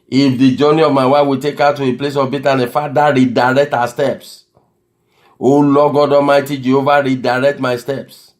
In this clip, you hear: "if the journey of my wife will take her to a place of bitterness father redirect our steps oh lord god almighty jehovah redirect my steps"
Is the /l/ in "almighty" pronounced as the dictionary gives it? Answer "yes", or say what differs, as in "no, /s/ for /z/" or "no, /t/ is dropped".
no, /l/ is dropped